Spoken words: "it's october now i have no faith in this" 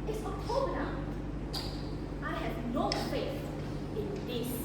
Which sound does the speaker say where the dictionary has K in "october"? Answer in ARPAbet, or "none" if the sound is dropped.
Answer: none